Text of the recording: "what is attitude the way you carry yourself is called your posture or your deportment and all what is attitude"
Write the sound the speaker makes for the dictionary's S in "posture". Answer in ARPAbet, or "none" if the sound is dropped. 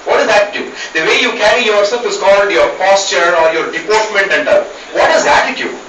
S